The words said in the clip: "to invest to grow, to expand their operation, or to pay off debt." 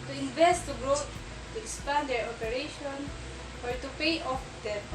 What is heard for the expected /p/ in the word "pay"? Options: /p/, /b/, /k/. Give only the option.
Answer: /p/